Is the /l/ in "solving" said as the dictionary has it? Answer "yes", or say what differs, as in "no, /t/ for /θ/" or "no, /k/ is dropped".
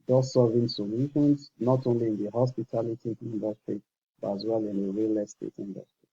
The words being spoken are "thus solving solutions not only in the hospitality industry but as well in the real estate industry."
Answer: no, /l/ is dropped